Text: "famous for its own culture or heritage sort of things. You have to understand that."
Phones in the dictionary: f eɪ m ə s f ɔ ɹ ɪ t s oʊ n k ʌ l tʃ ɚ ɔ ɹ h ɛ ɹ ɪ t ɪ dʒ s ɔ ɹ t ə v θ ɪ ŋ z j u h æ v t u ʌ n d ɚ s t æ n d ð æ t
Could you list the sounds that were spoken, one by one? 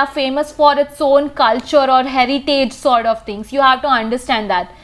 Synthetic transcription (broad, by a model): f eɪ m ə s f ɔ ɹ ɪ t s oʊ n k ʌ l tʃ ɚ ɔ ɹ h ɛ ɹ ɪ t ɪ dʒ s ɔ ɹ t ə v t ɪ ŋ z j u h æ v t u ʌ n d ɚ s t æ n d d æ t